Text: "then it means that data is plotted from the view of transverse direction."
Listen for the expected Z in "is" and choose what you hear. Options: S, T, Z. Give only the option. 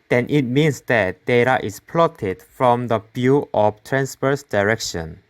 S